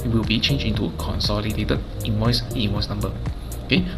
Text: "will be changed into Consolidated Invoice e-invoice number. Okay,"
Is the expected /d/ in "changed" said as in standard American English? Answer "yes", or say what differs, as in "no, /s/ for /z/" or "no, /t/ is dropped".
no, /d/ is dropped